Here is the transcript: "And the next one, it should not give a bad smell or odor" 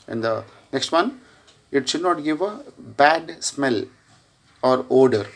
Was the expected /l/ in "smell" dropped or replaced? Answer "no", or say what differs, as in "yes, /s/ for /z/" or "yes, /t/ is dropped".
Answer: no